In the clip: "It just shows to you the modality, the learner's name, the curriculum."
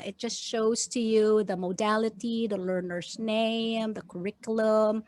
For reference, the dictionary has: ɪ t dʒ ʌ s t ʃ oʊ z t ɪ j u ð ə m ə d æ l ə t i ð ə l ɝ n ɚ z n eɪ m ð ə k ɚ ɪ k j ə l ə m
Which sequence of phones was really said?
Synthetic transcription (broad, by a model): ɪ t dʒ ʌ s t ʃ oʊ z t ɪ j u ð ə m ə d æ l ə t i ð ə l ɝ n ɚ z n eɪ m ð ə k ɚ ɪ k j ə l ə m